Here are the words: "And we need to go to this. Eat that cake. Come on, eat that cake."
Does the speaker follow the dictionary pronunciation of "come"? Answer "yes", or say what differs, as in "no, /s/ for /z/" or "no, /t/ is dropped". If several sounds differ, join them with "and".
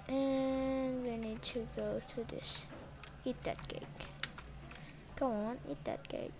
no, /m/ is dropped